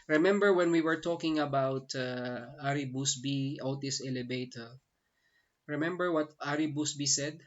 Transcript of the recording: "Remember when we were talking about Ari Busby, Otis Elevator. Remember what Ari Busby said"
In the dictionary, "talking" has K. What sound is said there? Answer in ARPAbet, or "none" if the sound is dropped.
K